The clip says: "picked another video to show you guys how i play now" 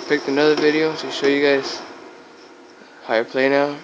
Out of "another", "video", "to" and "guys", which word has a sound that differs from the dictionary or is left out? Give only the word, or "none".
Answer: to